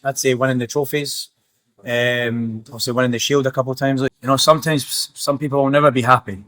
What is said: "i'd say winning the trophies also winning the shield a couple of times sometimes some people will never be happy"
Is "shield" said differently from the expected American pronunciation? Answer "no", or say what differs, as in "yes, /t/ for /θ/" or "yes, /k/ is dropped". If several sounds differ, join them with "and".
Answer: no